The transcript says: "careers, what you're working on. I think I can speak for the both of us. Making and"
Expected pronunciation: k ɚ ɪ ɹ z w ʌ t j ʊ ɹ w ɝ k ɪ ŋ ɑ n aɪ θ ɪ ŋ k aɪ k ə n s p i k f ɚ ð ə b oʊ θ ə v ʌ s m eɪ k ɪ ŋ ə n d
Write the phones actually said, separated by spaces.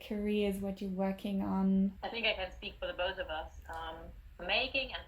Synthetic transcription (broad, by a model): k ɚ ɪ z w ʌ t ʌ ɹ w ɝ k ɪ ŋ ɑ n aɪ θ ɪ ŋ k aɪ k ə n s p i k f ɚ ð ə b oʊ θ ə v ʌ s m eɪ k ɪ ŋ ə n